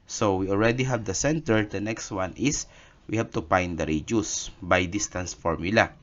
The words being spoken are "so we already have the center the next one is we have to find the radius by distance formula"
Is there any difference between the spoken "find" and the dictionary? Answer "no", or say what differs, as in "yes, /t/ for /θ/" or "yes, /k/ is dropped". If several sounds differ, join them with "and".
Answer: yes, /p/ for /f/